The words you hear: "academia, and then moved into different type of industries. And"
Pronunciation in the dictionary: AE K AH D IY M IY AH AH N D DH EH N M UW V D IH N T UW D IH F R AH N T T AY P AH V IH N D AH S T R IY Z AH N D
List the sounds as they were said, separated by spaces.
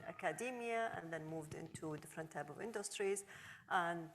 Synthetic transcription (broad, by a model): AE K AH D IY M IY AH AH N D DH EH N M UW V D IH N T UW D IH F R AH N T T AY P AH V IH N D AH S T R IY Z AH N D